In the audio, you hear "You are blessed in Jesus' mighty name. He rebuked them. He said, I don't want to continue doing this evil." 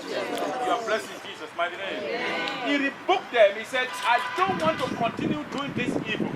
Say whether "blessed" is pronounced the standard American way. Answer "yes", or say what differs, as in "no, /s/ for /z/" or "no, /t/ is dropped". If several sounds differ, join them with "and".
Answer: no, /t/ is dropped